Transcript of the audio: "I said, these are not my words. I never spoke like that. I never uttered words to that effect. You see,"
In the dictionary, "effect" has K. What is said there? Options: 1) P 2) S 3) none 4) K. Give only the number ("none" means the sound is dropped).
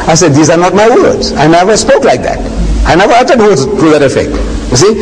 4